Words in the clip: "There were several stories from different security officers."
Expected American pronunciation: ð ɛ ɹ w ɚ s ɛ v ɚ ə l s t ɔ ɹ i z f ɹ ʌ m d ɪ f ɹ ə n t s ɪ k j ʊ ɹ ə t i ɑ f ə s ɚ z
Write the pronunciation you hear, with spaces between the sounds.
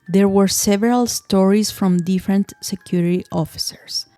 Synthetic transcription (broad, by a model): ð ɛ ɹ w ɚ s ɛ v ɚ ə l s t ɔ ɹ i s f ɹ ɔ m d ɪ f ɹ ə n t s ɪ k j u ɹ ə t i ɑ f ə s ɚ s